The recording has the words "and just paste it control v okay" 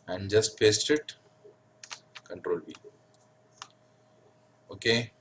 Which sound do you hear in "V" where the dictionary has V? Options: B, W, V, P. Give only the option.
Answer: B